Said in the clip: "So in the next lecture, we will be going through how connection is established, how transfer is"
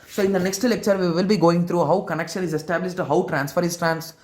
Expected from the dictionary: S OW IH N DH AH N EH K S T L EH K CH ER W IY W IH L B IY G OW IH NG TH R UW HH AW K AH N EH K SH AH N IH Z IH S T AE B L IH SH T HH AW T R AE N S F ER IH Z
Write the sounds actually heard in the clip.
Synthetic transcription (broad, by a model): S OW IH N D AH N EH K S T L EH K CH ER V IY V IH L B IY G OW IH NG T R UW HH AW K AH N EH K SH AH N IH Z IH S T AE B L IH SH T HH AW T R AE N S F ER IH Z